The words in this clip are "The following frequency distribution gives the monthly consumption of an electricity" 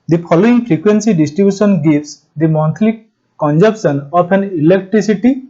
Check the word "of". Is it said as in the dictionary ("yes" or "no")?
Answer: no